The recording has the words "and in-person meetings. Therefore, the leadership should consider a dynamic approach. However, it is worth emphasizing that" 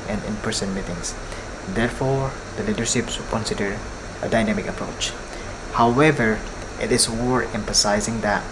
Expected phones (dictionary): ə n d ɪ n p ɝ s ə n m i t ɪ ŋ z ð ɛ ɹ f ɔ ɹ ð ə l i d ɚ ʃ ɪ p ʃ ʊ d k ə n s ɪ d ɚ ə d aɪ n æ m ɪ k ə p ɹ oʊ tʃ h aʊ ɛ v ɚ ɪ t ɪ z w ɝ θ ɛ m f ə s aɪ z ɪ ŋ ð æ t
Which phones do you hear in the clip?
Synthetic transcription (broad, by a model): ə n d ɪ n p ɝ s ə n m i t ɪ ŋ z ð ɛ ɹ f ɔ ɹ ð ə l i d ɚ ʃ ɪ p s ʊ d k ə n s ɪ d ɚ ə d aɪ n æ m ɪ k ə p ɹ oʊ tʃ h aʊ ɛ v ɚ ɪ t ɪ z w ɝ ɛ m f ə s aɪ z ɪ ŋ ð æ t